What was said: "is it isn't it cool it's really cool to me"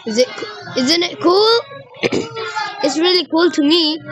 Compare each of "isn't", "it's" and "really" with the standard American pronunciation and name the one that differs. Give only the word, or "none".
none